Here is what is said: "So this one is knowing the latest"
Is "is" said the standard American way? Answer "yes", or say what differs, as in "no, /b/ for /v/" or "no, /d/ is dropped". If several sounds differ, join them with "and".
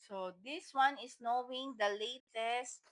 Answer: no, /s/ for /z/